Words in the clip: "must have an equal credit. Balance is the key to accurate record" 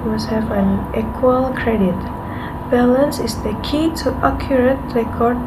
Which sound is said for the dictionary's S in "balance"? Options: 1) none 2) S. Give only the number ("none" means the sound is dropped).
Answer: 2